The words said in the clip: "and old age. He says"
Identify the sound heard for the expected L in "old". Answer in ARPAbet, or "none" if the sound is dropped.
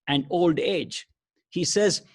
L